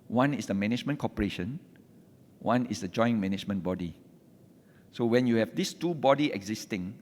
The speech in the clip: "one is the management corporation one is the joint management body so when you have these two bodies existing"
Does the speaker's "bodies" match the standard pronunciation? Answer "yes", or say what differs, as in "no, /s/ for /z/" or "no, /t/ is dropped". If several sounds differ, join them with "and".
no, /z/ is dropped